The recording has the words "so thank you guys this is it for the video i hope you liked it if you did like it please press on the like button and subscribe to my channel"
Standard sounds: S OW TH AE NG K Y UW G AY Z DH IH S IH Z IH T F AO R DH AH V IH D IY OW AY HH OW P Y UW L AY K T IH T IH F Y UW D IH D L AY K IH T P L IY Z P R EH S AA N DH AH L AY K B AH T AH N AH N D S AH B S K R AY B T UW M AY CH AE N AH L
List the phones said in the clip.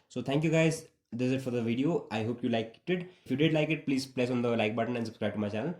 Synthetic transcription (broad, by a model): S OW T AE NG K Y UW G AY Z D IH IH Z IH T F AO R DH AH V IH D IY OW AY HH OW P Y UW L AY K T IH T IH F Y UW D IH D L AY K IH T P L IY Z P L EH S AA N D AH L AY K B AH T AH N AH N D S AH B S K R AY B T UW M AY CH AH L